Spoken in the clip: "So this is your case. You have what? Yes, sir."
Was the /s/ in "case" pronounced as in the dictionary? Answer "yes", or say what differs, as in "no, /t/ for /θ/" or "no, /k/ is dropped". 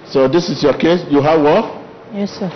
yes